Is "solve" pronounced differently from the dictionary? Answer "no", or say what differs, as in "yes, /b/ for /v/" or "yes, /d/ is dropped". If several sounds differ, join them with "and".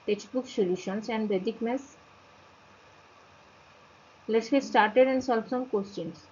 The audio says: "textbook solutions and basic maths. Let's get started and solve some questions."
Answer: yes, /b/ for /v/